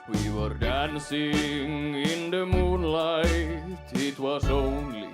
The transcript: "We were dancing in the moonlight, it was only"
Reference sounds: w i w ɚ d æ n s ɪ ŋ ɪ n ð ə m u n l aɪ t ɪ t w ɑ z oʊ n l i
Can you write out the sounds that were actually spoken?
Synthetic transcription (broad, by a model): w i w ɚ d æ n s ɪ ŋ ɪ n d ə m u n l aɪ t ɪ t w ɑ s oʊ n l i